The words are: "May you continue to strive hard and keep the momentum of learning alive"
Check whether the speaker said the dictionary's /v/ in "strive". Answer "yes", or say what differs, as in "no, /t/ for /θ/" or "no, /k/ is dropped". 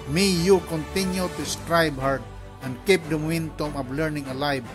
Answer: no, /b/ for /v/